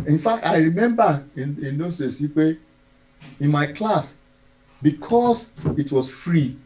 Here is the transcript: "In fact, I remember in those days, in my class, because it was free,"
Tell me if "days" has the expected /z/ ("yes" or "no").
no